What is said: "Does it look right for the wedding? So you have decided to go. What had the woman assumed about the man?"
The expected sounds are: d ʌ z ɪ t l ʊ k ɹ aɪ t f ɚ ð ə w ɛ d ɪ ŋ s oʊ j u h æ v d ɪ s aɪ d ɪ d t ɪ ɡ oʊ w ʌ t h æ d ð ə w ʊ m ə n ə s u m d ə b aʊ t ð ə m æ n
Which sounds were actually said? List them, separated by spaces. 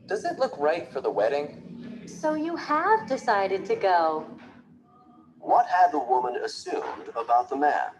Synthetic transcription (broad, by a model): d ʌ z ɪ t l ʊ k ɹ aɪ t f ɚ ð ə w ɛ d ɪ ŋ s oʊ j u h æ v d ɪ s aɪ d ɪ d t ɪ ɡ oʊ w ʌ t h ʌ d ð ə w ʊ m ə n ə s u m d ə b aʊ t ð ə m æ n